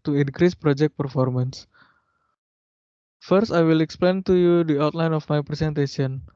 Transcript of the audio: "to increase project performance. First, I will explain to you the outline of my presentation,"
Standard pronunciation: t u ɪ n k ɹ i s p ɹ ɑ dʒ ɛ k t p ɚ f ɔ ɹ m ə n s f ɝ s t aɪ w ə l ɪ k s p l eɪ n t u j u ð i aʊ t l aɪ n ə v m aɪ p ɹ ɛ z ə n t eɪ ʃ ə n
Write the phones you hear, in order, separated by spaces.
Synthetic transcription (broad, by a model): t u ɪ n k ɹ i s p ɹ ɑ dʒ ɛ k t p ɚ f ɔ ɹ m ə n s f ɝ s t aɪ w ə l ɪ k s p l eɪ n t u j u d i aʊ t l aɪ n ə f m aɪ p ɹ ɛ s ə n t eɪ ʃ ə n